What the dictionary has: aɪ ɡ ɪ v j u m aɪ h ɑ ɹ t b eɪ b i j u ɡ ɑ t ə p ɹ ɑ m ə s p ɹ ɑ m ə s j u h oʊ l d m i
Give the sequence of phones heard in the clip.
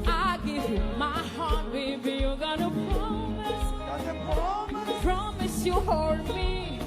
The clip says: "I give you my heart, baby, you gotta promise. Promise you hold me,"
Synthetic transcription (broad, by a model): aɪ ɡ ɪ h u m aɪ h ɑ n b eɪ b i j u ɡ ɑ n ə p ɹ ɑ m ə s p ɹ ɑ m ə s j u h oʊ d m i